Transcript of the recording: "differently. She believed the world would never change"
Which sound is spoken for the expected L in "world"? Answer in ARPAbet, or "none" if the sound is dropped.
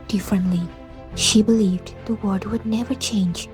none